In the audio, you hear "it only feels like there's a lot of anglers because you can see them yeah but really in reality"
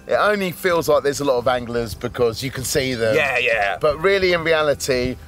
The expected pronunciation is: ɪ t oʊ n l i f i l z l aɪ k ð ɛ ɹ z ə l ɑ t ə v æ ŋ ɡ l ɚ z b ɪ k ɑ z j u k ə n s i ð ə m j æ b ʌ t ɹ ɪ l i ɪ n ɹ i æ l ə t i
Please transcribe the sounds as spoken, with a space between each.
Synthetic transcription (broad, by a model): ɪ t oʊ n l i f i l z l aɪ k ð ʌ z ə l ɑ t ə v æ ŋ ɡ l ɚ z b ɪ k ɑ z j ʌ k ə n s i ð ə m j æ b ʌ t ɹ ɪ l i ɪ n ɹ i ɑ l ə t i